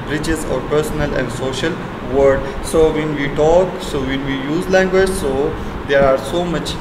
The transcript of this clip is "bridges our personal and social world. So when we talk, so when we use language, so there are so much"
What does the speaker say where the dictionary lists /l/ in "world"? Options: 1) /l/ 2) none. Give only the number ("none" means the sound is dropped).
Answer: 2